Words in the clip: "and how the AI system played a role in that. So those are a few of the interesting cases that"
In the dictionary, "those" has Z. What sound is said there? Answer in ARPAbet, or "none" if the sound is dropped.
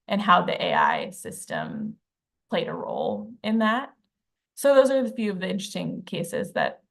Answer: Z